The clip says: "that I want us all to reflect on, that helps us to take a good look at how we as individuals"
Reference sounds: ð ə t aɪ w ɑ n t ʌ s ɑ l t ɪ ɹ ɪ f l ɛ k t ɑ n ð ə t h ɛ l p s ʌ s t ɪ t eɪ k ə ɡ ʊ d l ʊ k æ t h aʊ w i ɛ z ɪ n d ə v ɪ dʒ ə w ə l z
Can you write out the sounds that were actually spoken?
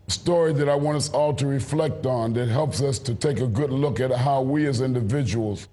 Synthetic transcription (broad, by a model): ð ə t aɪ w ɑ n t ʌ s ɑ l t ɪ ɹ ɪ f l ɛ k t n ð ə t h ɛ l p s ʌ s t ɪ t eɪ k ə ɡ ʊ d l ʊ k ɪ t h aʊ w i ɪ z ɪ n d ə v ɪ dʒ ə w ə l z